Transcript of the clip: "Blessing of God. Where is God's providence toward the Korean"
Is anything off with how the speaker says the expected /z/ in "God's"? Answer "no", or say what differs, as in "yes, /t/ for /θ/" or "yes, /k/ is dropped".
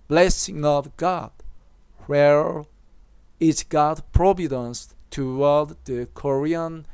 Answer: yes, /z/ is dropped